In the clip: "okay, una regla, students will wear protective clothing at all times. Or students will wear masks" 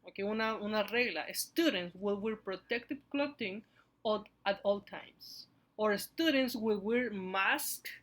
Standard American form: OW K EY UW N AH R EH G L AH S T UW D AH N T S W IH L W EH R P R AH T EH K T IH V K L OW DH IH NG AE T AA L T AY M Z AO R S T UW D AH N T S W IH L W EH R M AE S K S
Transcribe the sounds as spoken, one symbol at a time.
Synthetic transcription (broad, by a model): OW K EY UW N AH R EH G L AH S T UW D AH N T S W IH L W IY R P R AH T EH K T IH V K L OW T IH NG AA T AA L T AY M S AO R S T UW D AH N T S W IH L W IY R M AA S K